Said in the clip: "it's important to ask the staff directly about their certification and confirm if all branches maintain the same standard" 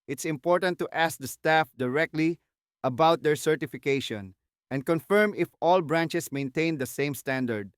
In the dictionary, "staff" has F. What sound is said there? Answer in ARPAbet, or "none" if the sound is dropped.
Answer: F